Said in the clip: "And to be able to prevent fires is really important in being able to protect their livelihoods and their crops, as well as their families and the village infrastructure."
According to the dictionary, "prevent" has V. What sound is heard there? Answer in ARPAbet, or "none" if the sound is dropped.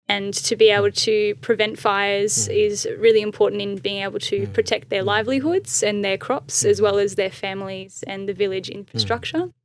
V